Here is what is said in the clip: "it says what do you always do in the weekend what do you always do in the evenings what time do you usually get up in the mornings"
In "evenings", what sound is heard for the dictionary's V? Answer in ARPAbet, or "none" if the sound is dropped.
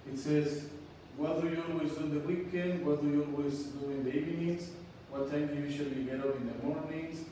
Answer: none